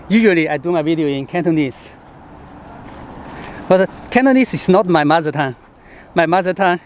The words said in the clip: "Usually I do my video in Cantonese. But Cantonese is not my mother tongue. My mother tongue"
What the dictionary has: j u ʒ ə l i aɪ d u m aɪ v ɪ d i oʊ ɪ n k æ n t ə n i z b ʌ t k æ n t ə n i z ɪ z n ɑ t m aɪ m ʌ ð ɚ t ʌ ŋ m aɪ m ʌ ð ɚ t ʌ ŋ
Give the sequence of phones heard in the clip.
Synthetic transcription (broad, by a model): j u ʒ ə l i aɪ d u m aɪ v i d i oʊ ɪ n k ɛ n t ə n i s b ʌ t k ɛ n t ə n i s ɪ s n ɑ t m aɪ m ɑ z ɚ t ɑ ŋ m aɪ m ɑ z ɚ t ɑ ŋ